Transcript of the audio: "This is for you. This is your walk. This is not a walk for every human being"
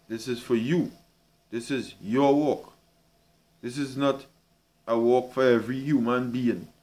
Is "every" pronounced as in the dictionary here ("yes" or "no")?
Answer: yes